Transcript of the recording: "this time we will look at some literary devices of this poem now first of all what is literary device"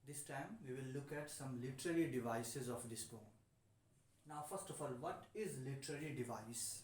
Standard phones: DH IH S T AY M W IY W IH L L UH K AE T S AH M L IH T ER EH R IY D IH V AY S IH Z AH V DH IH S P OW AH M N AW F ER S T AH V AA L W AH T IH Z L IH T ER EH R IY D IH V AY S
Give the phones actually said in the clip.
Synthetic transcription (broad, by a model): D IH S T AY M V IY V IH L L UH K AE T S AH M L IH T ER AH R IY D IH V AY S IH Z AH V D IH S B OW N N AW F ER S T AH F AA L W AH T IH Z L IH T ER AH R IY D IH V AY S